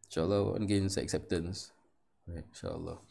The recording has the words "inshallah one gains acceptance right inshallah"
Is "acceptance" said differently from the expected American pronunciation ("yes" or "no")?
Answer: no